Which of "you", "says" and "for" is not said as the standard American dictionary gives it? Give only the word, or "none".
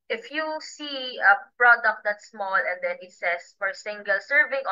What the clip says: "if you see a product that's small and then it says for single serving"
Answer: says